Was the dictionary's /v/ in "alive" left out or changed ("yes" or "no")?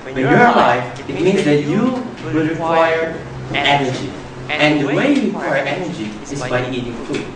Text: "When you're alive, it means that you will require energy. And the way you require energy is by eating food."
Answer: yes